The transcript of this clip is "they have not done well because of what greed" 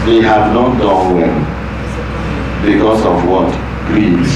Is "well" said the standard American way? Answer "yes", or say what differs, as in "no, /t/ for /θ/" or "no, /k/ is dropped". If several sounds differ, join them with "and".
no, /n/ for /l/